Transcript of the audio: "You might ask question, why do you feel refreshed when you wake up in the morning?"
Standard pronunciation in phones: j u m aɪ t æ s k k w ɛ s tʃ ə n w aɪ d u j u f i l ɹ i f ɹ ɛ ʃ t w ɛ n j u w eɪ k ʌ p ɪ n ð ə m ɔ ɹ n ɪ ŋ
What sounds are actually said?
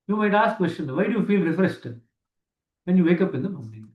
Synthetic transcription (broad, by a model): j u m aɪ t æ s k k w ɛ s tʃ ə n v aɪ d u j u f i l ɹ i f ɹ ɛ s t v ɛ n j u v eɪ k ʌ p ɪ n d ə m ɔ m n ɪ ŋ